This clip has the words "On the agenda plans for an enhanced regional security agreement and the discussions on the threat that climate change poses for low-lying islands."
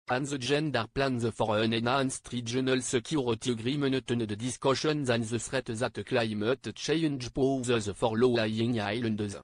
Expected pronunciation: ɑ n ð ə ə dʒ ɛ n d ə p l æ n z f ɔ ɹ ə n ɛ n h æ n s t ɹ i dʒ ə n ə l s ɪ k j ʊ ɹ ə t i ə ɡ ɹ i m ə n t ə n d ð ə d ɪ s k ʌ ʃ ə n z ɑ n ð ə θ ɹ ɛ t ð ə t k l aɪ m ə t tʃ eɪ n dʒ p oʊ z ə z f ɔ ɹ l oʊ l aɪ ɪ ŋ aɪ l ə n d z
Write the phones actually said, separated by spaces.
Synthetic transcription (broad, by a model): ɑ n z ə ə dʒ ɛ n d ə p l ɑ n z f ɔ ɹ ə n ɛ n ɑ n s t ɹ i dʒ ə n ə l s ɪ k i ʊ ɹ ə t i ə ɡ ɹ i m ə n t ə n d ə d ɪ s k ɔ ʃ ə n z ɑ n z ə s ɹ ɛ t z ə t k l aɪ m ə t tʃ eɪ n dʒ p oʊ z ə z f ɔ ɹ l oʊ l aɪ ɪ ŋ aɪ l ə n d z